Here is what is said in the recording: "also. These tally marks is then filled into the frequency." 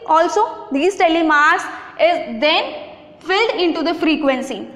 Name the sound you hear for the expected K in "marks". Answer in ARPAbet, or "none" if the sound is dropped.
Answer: none